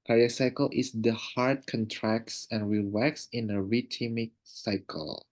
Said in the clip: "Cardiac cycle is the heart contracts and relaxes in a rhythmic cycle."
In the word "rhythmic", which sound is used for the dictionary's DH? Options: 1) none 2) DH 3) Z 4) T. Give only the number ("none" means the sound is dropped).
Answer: 1